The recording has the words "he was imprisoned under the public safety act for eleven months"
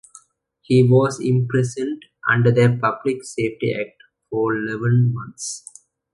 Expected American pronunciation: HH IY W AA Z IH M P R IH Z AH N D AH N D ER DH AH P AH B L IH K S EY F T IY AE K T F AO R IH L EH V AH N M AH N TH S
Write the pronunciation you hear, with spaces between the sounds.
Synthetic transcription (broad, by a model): HH IY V AA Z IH M P R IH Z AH N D AH N D ER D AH P AH B L IH K S EY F T IY AE K T F AO R IH L EH V AH N M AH N T S